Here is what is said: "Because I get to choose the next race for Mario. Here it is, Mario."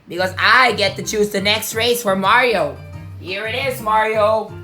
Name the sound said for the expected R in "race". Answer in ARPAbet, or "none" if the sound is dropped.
R